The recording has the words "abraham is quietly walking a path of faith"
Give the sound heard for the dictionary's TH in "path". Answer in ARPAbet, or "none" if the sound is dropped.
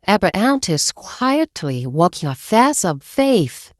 S